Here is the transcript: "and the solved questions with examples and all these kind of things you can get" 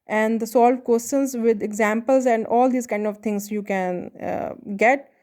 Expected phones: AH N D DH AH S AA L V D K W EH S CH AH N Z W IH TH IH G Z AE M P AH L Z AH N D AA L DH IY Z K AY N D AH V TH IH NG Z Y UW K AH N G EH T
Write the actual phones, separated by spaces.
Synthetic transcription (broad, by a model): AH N D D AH S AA L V K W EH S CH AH N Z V IH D IH G Z AE M P AH L Z AH N D AA L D IY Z K AY N D AH V T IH NG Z Y UW K AH N G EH T